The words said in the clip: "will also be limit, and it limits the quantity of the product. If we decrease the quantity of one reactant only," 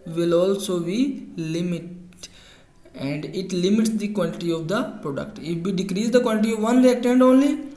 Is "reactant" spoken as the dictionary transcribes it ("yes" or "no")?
no